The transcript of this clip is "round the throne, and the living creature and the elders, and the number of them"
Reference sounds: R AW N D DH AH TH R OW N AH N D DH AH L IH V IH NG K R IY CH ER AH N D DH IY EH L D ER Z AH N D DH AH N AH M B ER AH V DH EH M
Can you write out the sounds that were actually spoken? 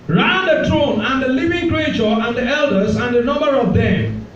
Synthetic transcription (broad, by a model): R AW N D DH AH T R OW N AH N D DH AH L IH V IH NG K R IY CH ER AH N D DH IY EH L D ER Z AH N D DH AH N AH M B ER AH V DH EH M